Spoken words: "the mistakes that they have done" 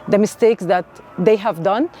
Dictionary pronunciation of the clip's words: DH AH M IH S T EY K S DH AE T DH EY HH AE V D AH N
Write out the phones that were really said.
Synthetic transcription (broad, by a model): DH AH M IH S T EY K S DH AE T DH EY HH AE V D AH N